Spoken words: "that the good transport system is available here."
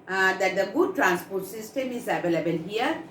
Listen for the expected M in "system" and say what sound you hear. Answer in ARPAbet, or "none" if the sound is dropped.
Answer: M